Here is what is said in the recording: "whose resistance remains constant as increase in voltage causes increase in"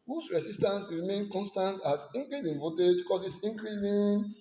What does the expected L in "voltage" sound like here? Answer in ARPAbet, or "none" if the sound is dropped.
none